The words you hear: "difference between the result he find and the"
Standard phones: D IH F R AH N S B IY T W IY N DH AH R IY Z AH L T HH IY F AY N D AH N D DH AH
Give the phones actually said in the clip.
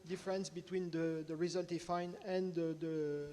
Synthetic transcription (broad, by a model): D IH F R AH N S B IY T W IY N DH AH R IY Z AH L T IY F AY N AH N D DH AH